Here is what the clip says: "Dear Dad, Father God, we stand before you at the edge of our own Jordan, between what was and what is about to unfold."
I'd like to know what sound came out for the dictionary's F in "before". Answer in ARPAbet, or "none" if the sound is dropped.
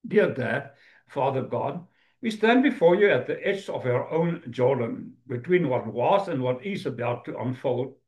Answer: F